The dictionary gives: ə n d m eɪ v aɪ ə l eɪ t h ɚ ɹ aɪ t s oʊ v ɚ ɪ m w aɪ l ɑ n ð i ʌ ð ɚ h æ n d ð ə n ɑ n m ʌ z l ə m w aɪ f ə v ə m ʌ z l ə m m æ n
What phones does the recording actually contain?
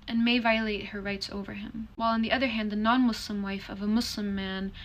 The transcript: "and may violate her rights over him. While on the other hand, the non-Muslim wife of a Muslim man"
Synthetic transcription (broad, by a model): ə n m eɪ v aɪ ə l eɪ t h ɚ ɹ aɪ t s oʊ v ɚ ɪ m w aɪ l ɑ n ð i ʌ ð ɚ h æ n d ð ə n ɑ n m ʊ s l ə m w aɪ f ə v ə m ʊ s l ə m m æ n